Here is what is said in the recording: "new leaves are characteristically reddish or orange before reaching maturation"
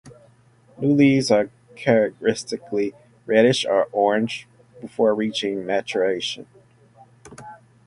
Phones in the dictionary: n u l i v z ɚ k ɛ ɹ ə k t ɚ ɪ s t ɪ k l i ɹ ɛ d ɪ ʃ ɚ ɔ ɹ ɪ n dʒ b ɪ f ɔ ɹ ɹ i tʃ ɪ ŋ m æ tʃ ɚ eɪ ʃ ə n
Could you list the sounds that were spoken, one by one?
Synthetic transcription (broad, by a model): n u l i z ɚ k ɛ ɹ ə k t ɚ ɪ s t ɪ k l i ɹ ɛ d ɪ ʃ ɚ ɔ ɹ ɪ n dʒ b ɪ f ɔ ɹ ɹ i tʃ ɪ ŋ m æ tʃ ɚ eɪ ʃ ə n